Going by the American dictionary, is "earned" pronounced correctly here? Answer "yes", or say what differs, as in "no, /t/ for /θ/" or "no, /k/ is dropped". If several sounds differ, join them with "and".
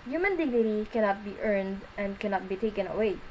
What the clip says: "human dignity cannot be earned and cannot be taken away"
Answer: yes